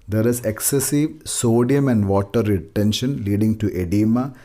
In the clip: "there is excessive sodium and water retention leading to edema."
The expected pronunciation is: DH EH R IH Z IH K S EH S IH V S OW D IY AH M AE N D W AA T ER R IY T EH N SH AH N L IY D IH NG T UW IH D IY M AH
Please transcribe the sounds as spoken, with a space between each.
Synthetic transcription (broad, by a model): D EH R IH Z IH K S EH S IH V S OW D IY AH M AE N D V AA T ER R IY T EH N SH AH N L IY D IH NG T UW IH D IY M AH